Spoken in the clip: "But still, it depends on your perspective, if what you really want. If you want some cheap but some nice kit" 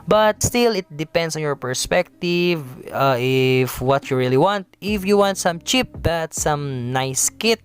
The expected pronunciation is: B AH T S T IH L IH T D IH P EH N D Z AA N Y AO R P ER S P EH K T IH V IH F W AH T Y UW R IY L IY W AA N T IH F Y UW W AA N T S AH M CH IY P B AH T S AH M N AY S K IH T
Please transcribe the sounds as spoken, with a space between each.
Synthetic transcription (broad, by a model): B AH T S T IH L IH T D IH P EH N D S AA N Y AO R P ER S P EH K T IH V IH F W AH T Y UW R IY L IY W AA N T IH F Y UW W AA N T S AH M CH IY P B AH T S AH M N AY S K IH T